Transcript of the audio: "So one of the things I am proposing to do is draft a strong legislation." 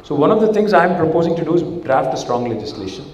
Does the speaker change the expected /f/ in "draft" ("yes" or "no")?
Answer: no